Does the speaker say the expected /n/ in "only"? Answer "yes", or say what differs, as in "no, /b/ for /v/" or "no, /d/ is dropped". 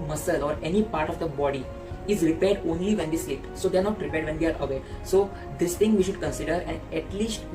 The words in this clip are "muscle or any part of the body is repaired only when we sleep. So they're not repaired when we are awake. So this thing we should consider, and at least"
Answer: yes